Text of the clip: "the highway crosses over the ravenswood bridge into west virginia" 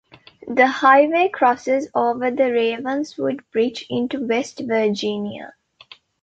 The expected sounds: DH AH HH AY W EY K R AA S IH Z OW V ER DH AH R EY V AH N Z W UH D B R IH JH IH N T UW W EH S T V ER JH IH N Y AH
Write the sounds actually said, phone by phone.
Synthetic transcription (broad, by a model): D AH HH AY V EY K R AA S IH Z OW V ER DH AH R EY V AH N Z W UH D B R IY CH IH N T UW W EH S T V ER JH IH N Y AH